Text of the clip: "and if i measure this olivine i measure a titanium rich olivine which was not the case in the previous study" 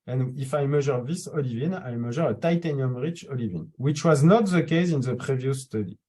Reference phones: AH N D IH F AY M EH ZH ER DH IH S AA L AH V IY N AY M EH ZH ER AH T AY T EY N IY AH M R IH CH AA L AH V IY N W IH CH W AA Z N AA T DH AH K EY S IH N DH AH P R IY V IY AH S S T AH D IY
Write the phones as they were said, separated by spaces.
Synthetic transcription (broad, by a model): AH N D IH F AY M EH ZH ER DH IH S AA L AH V IY N AY M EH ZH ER AH T AY T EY N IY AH M R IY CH AA L AH V IY N W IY CH W AA Z N AA T DH AH K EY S IH N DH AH P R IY V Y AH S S T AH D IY